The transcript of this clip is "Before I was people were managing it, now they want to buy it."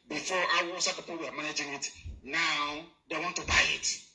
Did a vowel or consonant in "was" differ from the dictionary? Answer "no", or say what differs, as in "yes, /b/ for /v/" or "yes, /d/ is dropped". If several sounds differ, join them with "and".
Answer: yes, /s/ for /z/